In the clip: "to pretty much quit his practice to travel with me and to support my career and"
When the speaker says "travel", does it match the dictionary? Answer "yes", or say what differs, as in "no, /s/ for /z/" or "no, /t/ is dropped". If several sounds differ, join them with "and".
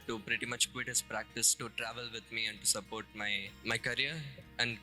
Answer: yes